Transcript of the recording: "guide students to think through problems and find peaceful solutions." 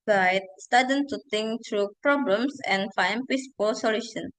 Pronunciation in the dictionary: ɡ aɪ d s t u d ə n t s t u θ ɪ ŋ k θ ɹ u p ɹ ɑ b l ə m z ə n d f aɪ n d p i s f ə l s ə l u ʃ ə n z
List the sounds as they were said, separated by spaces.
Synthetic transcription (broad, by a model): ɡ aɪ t s t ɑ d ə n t t u t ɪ ŋ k t ɹ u p ɹ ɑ b l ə m s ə n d f aɪ n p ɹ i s p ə l s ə l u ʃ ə n